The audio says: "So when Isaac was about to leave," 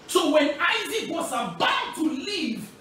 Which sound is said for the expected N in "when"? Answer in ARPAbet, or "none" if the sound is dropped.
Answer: N